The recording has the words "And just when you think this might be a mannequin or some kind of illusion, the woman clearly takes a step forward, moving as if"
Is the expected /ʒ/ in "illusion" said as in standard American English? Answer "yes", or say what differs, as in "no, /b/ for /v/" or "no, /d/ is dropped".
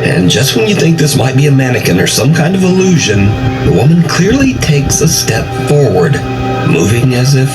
yes